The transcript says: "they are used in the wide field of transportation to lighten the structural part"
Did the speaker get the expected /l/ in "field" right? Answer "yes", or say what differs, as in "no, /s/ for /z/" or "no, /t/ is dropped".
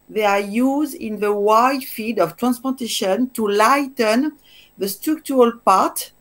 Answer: no, /l/ is dropped